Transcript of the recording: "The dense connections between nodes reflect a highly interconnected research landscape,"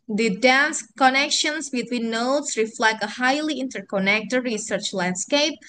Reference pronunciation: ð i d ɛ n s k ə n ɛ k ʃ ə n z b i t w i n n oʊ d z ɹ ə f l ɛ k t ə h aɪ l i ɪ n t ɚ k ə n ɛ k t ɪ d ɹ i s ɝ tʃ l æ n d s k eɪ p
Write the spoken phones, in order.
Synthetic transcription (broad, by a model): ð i d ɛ n s k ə n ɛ k ʃ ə n s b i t w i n n oʊ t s ɹ ə f l ɛ k t ə h aɪ l i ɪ n t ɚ k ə n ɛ k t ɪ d ɹ i s ɝ tʃ l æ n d s k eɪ p